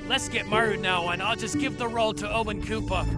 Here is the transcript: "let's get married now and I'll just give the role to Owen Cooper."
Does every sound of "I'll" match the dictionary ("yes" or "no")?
yes